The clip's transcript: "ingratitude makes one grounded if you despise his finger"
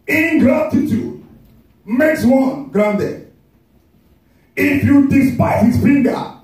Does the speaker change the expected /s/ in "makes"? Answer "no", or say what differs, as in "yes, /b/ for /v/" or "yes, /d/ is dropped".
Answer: no